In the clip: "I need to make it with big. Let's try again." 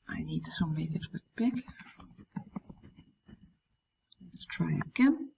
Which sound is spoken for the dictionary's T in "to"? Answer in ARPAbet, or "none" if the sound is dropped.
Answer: S